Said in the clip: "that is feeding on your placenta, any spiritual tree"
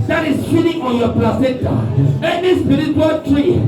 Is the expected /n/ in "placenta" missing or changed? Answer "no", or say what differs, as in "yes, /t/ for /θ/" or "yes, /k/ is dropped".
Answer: yes, /n/ is dropped